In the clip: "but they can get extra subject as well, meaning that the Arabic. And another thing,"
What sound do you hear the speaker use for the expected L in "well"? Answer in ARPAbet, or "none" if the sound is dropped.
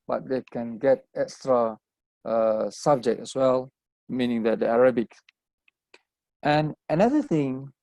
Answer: L